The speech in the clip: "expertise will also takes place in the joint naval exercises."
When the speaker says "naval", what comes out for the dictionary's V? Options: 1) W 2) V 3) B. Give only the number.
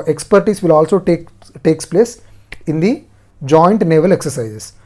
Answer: 2